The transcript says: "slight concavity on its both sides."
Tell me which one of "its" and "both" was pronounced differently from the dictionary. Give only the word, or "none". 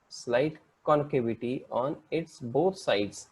both